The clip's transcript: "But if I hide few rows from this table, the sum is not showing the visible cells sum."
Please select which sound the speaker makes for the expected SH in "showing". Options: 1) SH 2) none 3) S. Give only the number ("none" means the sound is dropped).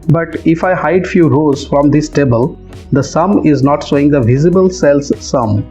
3